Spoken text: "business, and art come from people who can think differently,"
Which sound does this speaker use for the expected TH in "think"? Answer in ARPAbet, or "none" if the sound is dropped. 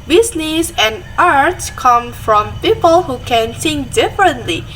S